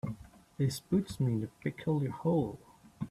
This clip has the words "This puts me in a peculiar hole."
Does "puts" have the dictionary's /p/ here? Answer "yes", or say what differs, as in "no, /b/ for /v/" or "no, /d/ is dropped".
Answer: no, /b/ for /p/